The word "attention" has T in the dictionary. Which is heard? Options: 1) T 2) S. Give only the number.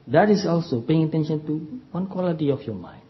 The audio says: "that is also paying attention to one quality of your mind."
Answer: 1